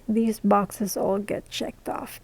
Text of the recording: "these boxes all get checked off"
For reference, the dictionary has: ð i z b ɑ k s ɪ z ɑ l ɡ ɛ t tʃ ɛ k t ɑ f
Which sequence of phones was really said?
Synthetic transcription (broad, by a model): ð i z b ɑ k s ɪ z ɑ l ɡ ɛ t tʃ ɛ k t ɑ f